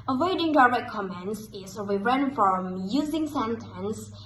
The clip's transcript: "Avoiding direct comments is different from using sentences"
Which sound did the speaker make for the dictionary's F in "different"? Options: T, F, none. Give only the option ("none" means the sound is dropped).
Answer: none